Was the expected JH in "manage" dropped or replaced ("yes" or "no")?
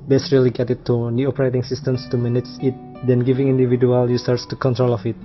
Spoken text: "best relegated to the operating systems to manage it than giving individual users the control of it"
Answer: yes